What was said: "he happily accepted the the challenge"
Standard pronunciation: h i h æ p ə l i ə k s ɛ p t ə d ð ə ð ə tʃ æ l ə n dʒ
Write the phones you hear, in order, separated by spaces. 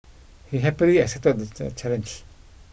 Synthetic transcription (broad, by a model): h i h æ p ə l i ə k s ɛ t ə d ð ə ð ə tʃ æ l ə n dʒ